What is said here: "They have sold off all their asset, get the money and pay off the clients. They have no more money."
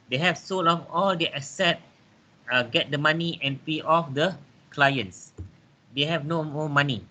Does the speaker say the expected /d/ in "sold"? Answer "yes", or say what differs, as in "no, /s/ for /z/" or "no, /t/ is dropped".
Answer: no, /d/ is dropped